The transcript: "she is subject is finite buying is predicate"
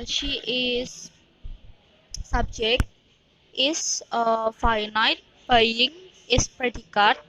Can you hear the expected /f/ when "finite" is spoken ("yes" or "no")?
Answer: yes